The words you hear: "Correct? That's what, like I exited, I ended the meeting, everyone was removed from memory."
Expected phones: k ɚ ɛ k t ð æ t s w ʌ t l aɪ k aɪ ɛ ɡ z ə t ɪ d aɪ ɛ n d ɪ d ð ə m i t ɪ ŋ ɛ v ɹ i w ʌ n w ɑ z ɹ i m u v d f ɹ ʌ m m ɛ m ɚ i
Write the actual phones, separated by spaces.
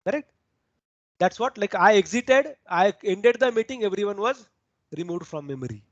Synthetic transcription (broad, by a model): k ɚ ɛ k t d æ t s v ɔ t l aɪ k aɪ ɛ ɡ z ə t ɪ d aɪ ɛ n d ɪ d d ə m i t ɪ ŋ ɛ v ɹ i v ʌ n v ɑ z ɹ i m u v d f ɹ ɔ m m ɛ m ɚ i